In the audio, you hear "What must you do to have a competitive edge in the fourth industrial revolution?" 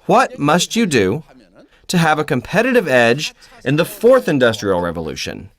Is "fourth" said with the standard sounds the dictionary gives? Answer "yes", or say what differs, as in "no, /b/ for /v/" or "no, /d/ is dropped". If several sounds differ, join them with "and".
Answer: yes